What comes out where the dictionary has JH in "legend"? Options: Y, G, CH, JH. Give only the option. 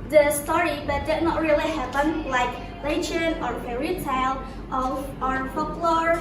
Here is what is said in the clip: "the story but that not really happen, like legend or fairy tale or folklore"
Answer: CH